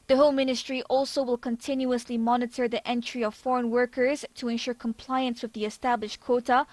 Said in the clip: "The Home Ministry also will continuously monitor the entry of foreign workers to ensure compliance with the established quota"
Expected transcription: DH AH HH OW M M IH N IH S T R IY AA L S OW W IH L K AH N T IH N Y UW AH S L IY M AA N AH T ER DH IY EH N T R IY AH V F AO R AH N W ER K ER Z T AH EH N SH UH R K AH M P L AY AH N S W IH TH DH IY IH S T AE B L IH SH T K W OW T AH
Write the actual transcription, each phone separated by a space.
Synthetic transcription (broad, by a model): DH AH HH OW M M IH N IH S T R IY AA L S OW W IH L K AH N T IH N Y UW AH S L IY M AA N AH T ER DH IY EH N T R IY AH V F AO R AH N W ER K ER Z T AH EH N SH UH R K AH M P L AY AH N S W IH DH IY IH S T AE B L IH SH T K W OW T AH